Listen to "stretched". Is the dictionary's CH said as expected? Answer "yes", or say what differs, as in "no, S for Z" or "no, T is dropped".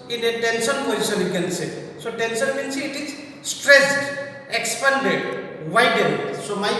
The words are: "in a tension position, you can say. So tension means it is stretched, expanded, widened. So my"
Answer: no, S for CH